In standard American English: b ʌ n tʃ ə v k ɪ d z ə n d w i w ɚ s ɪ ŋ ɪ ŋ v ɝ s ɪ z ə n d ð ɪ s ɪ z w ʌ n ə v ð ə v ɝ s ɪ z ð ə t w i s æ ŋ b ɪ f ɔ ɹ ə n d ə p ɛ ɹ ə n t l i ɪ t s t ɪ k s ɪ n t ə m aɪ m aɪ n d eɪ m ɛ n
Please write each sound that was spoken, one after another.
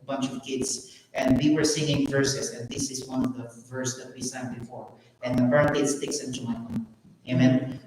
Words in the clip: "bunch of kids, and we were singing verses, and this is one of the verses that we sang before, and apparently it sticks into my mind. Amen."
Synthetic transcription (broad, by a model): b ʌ n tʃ ə v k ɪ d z ə n d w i w ɚ s ɪ ŋ ɪ ŋ v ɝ s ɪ s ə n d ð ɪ s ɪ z w ʌ n ə v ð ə v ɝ s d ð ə t w i s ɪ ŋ b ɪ f ɔ ɹ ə n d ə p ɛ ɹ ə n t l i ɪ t s t ɪ k s ɪ n t ə m aɪ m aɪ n eɪ m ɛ n